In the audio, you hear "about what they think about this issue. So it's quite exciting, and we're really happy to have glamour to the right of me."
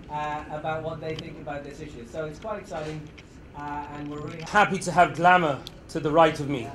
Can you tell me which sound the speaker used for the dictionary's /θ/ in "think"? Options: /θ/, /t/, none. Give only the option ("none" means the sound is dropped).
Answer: /θ/